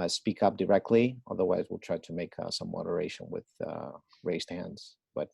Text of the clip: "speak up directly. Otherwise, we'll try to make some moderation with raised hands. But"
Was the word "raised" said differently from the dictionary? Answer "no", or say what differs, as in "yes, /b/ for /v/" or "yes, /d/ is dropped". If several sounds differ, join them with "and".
no